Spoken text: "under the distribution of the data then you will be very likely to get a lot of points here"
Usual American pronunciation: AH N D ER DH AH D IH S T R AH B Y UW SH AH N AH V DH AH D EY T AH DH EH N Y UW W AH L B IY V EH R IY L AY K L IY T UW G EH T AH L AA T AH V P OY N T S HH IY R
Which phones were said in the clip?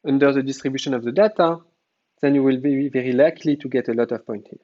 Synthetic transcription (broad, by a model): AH N D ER DH AH D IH S T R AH B Y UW SH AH N AH V DH AH D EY T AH DH EH N Y UW W AH L B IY V EH R IY L AY K L IY T UW G EH T AH L AA T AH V P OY N T HH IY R